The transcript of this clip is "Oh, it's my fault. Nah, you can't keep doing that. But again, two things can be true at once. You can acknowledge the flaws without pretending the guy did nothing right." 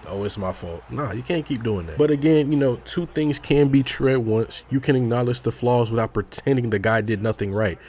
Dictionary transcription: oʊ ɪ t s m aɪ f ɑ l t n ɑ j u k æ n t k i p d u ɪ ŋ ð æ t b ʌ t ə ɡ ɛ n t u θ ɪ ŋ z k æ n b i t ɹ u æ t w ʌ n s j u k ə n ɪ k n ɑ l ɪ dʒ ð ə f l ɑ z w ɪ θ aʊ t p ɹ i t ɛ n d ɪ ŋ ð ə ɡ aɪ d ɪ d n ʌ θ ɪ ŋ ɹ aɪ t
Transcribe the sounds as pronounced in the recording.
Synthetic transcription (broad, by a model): oʊ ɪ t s m aɪ f ɑ l t n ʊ j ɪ k æ n k i p d u ɪ ŋ ð æ t b ʌ t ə ɡ ɛ n t u θ ɪ ŋ z k æ n b i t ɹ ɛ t w ʌ n s j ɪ k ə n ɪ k n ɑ l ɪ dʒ ð ə f l ɑ z w ɪ θ aʊ t p ɹ i t ɛ n d ɪ ŋ ð ə ɡ aɪ d ɪ d n ʌ θ ɪ ŋ ɹ aɪ t